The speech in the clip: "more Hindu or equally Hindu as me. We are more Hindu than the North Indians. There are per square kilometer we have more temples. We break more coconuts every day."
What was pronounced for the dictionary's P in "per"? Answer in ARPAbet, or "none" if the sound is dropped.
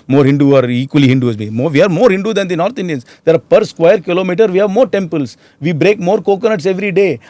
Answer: P